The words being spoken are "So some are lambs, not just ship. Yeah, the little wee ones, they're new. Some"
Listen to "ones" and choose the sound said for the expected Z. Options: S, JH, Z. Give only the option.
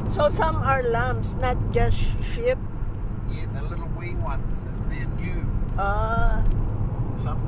S